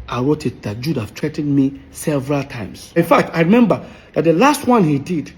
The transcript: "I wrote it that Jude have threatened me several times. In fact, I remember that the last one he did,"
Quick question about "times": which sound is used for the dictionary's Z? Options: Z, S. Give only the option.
S